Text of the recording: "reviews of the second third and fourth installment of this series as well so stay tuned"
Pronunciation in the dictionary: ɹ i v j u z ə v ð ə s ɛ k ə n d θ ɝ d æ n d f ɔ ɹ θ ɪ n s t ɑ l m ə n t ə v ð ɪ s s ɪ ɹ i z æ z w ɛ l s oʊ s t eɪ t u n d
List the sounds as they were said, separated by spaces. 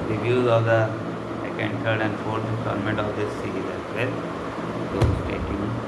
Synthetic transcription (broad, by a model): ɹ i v j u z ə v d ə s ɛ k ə n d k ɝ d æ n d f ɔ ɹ s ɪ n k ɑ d m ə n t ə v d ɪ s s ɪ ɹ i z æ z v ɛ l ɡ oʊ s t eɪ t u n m